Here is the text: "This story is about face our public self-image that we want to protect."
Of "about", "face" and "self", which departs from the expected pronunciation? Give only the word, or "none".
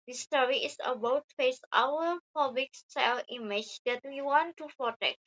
self